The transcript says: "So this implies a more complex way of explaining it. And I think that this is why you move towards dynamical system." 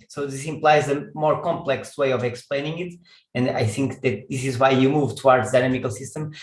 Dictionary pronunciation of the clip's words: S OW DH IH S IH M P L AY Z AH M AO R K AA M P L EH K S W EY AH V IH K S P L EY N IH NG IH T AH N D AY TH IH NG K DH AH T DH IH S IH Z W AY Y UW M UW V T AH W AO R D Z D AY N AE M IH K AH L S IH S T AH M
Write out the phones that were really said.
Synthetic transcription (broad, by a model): S OW DH IH S IH M P L AY Z AH M AO R K AA M P L EH K S W EY AH V IH K S P L EY N IH NG IH T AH N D AY TH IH NG K DH AH T DH IH S IH Z W AY Y UW M UW V T AH W AO R D Z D AY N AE M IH K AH L S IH S T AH M